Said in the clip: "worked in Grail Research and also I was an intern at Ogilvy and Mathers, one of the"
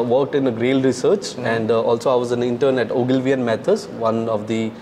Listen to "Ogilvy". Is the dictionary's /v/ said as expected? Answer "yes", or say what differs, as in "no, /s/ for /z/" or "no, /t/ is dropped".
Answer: yes